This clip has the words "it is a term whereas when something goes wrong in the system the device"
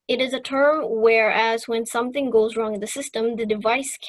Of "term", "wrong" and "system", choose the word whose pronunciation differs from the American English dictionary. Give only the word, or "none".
none